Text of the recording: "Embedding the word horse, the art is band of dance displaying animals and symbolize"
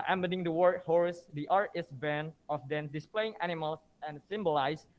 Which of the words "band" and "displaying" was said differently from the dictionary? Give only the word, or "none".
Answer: band